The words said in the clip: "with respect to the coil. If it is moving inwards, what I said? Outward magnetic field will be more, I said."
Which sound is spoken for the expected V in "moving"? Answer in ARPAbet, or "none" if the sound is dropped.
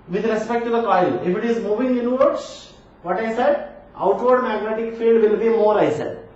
V